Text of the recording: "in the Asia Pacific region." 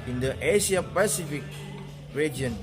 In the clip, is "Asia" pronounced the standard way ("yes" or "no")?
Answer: no